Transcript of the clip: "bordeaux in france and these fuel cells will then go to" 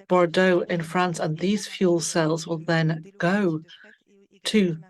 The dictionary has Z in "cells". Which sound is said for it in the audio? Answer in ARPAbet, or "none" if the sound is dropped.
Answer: Z